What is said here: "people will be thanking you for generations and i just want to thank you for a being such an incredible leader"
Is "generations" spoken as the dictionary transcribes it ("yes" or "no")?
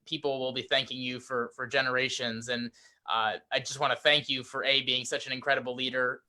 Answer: yes